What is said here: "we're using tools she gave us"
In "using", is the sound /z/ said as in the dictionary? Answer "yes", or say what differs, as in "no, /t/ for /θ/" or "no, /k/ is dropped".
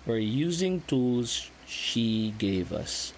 yes